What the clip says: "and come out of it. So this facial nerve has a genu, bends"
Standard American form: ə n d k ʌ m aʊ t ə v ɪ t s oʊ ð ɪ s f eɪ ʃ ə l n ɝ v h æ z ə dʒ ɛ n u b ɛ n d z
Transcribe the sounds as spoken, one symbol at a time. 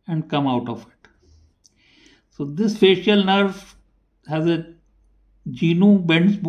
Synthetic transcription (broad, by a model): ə n d k ʌ m aʊ t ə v ɪ t s oʊ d ɪ s f eɪ ʃ ə l n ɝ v h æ z ə dʒ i n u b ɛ n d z